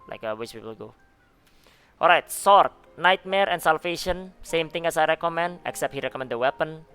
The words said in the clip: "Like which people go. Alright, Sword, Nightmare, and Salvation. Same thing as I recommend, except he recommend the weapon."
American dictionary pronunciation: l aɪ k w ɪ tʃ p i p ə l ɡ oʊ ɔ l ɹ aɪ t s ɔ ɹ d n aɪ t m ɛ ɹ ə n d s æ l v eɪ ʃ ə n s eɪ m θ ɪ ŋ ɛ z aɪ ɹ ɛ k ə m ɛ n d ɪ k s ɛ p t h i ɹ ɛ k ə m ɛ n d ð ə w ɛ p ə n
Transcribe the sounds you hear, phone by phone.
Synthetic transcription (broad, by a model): l aɪ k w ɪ s p i p ə l ɡ oʊ ɔ l ɹ aɪ t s ɔ ɹ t n aɪ t m ɛ ɹ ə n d s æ l f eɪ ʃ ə n s eɪ m t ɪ ŋ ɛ s aɪ ɹ ɛ k ə m ɛ n d ɪ k s ɛ p t h i ɹ ɛ k ə m ɛ n d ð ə w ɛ p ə n